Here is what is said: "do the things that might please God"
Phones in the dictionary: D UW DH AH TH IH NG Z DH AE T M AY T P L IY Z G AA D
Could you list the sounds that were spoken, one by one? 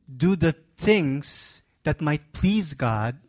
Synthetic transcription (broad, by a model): D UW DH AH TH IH NG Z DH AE T M AY T P L IY Z G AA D